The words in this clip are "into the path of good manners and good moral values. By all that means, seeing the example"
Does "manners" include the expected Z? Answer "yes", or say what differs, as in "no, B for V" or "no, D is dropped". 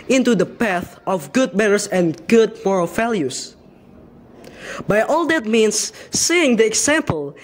no, S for Z